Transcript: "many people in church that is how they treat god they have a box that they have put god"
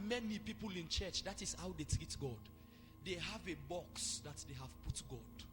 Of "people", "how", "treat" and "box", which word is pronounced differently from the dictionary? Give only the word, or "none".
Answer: none